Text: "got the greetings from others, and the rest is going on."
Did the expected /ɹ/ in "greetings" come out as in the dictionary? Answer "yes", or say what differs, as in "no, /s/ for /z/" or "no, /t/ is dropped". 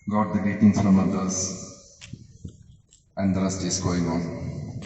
no, /ɹ/ is dropped